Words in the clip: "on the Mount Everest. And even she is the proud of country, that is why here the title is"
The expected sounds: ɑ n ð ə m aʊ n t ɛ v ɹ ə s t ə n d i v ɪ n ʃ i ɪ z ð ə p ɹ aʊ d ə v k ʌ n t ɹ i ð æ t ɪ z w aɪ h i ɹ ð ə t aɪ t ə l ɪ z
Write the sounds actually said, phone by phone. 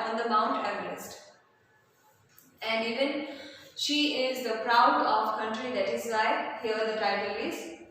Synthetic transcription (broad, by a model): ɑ n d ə m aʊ n t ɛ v l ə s t ə n d i v ɪ n ʃ i ɪ z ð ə p ɹ aʊ d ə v k ʌ n t ɹ i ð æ t ɪ z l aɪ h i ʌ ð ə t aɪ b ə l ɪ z